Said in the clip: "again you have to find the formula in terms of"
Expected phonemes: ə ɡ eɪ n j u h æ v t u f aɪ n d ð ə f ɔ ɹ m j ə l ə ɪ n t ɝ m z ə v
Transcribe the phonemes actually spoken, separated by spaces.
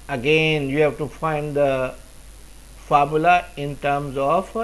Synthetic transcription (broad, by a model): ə ɡ eɪ n j u h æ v t u f aɪ n d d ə f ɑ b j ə l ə ɪ n t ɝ m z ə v